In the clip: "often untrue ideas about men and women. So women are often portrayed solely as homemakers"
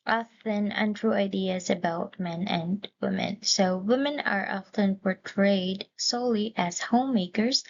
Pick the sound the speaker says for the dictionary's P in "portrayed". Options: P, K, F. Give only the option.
P